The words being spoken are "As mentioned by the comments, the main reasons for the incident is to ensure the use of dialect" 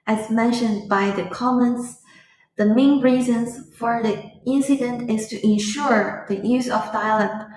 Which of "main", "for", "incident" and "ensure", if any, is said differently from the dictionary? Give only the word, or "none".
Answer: none